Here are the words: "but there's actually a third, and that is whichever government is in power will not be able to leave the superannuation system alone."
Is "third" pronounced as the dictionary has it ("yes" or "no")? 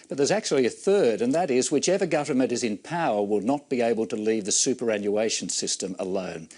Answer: yes